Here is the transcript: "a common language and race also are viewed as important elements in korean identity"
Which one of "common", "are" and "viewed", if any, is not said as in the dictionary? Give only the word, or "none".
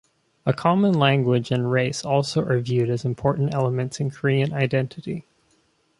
none